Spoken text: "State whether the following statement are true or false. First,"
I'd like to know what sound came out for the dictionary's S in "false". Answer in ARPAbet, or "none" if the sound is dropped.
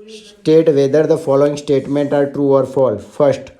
none